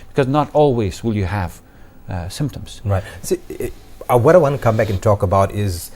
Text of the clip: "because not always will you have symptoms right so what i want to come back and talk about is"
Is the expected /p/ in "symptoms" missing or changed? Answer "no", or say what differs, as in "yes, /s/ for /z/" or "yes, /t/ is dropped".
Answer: no